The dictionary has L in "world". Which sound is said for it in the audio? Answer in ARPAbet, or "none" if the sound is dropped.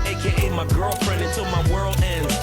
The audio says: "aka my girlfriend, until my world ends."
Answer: L